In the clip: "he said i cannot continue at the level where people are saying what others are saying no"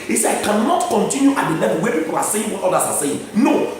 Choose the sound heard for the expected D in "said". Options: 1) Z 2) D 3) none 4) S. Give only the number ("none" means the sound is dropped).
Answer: 3